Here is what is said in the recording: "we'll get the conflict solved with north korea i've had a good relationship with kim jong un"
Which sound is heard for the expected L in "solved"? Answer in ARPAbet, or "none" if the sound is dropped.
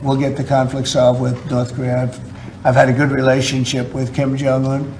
none